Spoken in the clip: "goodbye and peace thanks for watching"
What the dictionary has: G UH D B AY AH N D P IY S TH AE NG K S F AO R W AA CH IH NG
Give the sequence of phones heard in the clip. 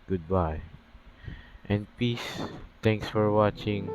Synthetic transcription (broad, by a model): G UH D B AY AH N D P IY S T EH NG K S F AO R W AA CH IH NG